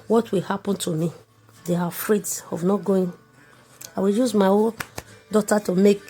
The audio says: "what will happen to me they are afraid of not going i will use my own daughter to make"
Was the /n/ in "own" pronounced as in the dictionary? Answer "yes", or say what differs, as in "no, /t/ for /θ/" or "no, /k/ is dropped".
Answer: no, /l/ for /n/